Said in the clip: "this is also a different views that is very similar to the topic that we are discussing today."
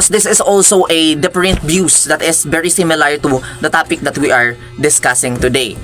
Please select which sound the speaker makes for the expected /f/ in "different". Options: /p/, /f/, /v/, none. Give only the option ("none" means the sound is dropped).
/p/